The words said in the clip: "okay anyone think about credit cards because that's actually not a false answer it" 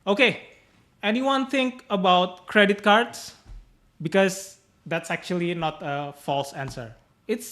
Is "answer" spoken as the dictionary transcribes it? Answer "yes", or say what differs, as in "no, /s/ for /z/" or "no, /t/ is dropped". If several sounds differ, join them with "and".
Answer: yes